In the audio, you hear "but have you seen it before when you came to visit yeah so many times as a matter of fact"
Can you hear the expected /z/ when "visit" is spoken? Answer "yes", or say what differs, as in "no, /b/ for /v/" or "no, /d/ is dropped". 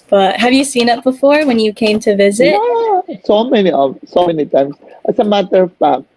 yes